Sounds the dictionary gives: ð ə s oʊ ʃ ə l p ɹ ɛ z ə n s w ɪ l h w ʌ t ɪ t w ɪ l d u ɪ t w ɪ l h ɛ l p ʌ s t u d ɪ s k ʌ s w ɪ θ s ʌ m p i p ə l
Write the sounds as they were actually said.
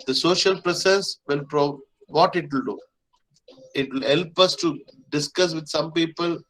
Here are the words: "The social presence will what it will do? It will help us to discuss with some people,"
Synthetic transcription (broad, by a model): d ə s oʊ ʃ ə l p ɹ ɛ s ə s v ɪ l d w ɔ t ɪ t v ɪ l d u ɪ t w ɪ l h ɛ l p ʌ s t u d ɪ s k ʌ s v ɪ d s ʌ m p i p ə l